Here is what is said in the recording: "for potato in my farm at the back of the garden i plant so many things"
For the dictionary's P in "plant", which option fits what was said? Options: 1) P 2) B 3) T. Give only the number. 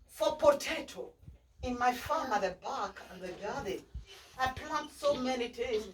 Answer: 1